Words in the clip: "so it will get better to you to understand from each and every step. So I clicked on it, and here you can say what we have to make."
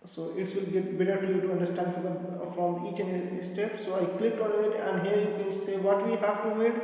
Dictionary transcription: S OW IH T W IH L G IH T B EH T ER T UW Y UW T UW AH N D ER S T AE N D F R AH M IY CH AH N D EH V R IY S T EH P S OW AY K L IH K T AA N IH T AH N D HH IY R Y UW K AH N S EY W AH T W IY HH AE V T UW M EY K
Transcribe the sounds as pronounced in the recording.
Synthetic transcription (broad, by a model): S OW IH T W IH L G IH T B EH T ER T UW Y UW T UW AH N D ER S T AE N D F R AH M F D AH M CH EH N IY S T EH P S OW AY K L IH K AA N IH T AH N D HH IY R Y UW K AH N S EY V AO T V IY HH AE V T UW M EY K